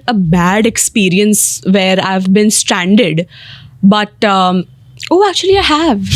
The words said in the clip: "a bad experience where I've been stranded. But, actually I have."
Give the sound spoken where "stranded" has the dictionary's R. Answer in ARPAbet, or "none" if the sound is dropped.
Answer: R